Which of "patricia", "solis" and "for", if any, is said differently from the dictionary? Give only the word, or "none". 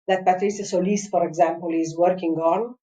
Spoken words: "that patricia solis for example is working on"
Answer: patricia